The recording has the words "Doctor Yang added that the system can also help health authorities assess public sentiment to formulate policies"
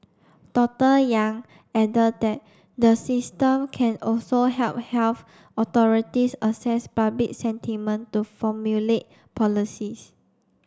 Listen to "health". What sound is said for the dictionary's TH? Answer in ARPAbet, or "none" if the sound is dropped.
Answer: F